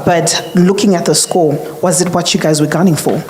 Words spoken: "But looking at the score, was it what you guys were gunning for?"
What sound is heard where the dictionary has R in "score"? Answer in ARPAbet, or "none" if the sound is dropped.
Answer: L